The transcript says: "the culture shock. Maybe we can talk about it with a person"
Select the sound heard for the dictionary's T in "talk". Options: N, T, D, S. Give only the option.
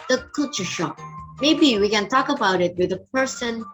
T